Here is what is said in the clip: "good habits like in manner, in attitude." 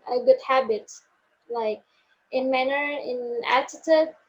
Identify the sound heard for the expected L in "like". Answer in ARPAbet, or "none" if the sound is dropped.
L